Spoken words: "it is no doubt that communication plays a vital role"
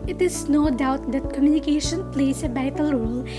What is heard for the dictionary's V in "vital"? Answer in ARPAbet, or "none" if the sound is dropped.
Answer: B